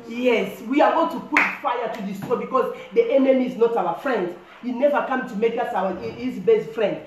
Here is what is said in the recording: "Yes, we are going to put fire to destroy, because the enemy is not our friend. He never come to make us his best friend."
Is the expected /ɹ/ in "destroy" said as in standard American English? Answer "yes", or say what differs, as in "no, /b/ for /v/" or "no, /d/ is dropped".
no, /ɹ/ is dropped